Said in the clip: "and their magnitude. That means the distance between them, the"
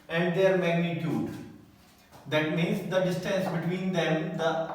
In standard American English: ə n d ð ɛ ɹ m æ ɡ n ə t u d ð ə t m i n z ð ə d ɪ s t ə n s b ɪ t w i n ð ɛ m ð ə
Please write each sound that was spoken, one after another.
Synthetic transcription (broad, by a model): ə n d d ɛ ɹ m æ ɡ n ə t u d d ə t m i n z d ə d ɪ s t ə n s b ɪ t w i n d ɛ m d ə